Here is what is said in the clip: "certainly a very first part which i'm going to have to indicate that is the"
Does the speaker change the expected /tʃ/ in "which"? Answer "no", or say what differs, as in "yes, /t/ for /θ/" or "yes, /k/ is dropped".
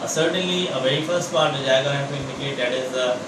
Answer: yes, /tʃ/ is dropped